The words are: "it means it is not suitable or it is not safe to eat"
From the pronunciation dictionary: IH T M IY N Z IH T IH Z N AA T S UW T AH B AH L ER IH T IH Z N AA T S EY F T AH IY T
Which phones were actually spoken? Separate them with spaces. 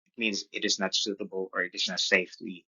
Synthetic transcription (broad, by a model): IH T M IY N Z IH T IH Z N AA T S UW T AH B L ER IH T IH Z N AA T S EY F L IY